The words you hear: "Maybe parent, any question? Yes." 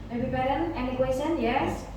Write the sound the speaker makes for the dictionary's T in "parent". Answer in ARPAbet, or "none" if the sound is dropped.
none